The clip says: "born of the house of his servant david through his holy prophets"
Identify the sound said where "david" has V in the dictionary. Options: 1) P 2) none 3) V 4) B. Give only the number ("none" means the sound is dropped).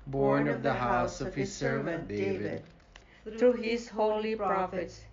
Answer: 3